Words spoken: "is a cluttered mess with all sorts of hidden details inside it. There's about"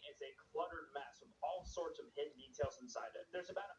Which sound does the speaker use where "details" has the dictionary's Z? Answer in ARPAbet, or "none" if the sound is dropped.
Z